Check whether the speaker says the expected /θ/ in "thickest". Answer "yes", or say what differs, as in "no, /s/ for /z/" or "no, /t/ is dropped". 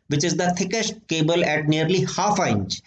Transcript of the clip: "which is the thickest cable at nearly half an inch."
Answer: no, /t/ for /θ/